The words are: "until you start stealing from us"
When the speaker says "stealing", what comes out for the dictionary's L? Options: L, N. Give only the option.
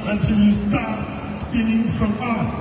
N